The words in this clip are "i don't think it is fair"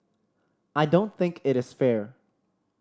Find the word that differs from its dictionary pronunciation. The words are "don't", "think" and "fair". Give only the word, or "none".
none